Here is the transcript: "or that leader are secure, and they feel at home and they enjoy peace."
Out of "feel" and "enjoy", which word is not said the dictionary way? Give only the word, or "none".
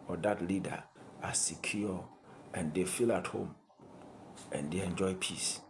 none